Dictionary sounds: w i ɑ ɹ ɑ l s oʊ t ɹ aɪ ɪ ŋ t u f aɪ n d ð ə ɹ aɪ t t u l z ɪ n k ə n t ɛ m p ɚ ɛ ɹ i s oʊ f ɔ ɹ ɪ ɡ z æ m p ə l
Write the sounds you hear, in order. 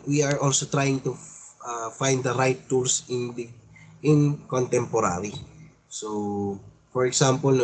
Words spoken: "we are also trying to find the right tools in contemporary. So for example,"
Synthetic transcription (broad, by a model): w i ɑ ɹ ɑ l s oʊ t ɹ aɪ ɪ ŋ t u f aɪ n d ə ɹ aɪ t s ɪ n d ɪ n k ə n t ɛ m p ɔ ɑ ɹ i s oʊ f ɔ ɹ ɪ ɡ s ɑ m p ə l